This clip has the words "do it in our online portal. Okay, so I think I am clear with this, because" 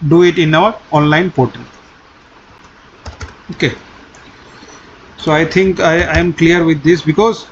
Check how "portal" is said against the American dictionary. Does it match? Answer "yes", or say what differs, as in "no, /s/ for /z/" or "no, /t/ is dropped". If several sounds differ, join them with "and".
no, /n/ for /l/